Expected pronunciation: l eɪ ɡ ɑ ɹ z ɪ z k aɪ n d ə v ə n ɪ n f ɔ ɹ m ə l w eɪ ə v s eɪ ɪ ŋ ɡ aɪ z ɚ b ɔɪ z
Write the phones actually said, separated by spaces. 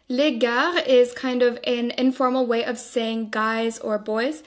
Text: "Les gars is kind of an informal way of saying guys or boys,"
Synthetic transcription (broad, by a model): l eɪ ɡ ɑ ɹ ɪ z k aɪ n d ə v ə n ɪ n f ɔ ɹ m l w eɪ ə v s eɪ ɪ ŋ ɡ aɪ z ɚ b ɔɪ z